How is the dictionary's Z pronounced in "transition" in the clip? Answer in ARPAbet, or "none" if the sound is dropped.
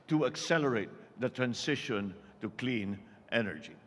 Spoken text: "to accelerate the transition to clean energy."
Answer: S